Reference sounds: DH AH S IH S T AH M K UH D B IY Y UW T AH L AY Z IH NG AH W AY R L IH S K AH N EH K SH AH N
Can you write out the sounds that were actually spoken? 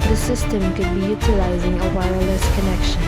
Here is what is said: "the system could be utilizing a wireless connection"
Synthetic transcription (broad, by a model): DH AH S IH S T AH M K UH D B IY Y UW T AH L AY Z IH NG AH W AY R L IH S K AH N EH K SH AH N